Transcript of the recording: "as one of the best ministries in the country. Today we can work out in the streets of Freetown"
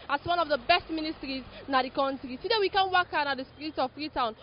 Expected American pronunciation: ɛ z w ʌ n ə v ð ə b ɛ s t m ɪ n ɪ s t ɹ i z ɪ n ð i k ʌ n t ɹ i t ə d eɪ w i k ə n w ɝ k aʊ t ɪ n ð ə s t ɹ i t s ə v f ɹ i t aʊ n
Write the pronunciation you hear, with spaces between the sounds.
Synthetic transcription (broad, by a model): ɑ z w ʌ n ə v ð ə b ɛ s t m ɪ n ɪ s t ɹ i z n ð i k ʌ n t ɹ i s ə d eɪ w i k ə n w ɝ k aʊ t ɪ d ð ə s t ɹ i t ə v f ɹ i t aʊ n